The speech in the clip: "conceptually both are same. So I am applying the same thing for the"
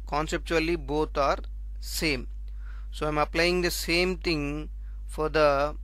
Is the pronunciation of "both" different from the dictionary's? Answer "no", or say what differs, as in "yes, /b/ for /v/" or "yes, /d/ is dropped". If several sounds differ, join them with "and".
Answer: yes, /t/ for /θ/